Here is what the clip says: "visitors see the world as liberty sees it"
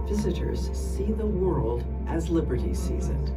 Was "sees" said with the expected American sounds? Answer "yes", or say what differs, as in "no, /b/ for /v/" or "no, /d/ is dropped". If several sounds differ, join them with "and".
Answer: yes